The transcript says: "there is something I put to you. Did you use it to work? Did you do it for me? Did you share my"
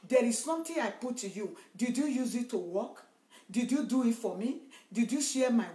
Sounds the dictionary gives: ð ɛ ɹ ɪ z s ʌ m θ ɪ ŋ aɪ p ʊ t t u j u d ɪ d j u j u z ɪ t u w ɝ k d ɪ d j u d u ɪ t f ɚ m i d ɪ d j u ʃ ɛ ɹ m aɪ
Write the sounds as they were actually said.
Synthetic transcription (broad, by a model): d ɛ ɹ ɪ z s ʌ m t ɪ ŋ aɪ p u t t u j u d ɪ d j u j u z ɪ t u w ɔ k d ɪ d j u d u ɪ t f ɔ m i d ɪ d j u ʃ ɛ m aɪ